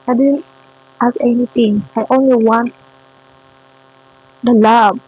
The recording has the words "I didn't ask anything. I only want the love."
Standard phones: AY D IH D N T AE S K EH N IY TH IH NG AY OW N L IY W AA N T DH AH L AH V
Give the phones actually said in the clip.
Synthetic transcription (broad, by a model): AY D IH D N T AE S EH N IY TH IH NG AY OW N L IY W AA N T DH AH L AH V